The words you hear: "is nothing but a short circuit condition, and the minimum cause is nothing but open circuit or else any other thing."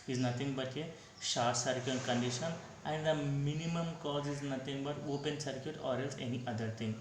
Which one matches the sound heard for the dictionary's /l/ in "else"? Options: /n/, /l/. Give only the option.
/l/